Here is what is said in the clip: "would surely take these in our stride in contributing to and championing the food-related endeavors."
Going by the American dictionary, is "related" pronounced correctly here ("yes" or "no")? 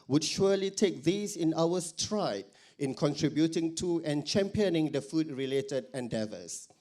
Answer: yes